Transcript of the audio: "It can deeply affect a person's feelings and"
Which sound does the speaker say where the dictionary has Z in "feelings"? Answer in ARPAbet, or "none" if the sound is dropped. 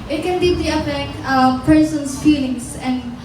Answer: S